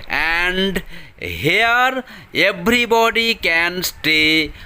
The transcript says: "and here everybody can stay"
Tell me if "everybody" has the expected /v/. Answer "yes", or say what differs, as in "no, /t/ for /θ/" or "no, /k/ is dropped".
no, /b/ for /v/